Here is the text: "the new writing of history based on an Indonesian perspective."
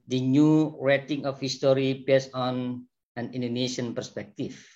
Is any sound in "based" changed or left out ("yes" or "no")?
yes